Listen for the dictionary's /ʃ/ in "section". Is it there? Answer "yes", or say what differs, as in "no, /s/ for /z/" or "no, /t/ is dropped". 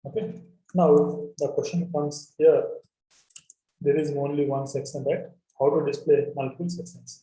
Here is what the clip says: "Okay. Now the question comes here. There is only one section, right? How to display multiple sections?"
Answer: no, /s/ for /ʃ/